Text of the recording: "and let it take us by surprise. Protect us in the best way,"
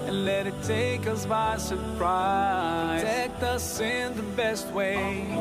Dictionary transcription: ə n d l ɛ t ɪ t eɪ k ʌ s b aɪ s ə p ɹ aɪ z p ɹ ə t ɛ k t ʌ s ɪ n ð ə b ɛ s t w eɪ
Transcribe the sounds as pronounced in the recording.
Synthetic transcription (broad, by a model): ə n l ɛ t ɪ t eɪ k ʌ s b aɪ s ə ɹ p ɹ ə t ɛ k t ʌ s ɪ n ð ə b ɛ s t w eɪ